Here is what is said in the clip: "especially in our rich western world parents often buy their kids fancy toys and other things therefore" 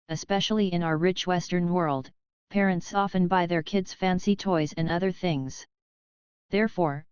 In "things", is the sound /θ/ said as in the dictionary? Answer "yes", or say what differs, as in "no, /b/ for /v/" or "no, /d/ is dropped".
yes